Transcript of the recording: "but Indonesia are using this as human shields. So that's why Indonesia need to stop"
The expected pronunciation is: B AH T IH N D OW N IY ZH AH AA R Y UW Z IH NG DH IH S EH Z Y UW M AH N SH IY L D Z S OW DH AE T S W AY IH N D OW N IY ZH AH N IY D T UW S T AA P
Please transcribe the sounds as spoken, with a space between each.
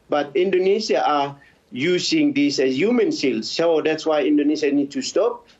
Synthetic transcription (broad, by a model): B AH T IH N D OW N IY SH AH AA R Y UW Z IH NG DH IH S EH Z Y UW M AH N S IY L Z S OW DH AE T S W AY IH N D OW N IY SH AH N IY D T UW S T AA P